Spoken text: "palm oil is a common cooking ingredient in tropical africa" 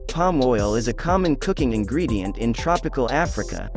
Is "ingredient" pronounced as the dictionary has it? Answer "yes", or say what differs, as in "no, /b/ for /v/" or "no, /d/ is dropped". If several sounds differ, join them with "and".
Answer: yes